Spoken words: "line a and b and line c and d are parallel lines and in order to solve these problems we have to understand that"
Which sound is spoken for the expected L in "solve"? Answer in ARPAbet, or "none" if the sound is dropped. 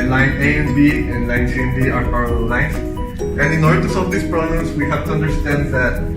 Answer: none